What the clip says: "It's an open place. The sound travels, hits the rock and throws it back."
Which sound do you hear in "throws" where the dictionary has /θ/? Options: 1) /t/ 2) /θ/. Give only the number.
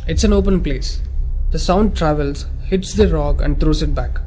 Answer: 1